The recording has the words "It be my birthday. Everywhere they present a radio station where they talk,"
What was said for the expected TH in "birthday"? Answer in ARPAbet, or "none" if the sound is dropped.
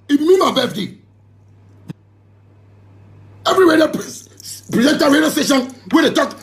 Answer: F